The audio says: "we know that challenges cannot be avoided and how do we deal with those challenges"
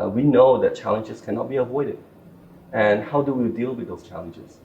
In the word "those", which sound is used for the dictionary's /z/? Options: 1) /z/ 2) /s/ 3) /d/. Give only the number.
2